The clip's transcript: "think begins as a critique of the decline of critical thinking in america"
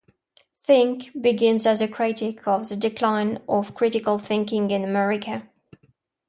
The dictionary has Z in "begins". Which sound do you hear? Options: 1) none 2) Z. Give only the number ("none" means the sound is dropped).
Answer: 2